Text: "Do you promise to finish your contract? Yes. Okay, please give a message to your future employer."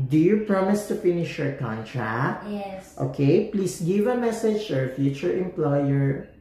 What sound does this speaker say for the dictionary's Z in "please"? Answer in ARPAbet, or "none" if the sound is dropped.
S